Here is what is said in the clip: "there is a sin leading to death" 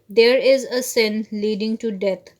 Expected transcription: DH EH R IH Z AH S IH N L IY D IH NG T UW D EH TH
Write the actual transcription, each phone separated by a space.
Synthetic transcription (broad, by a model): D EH R IH Z AH S IH N L IY D IH NG T UW D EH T